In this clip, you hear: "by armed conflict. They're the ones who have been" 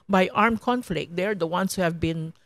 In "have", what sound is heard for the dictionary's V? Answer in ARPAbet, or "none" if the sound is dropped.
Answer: V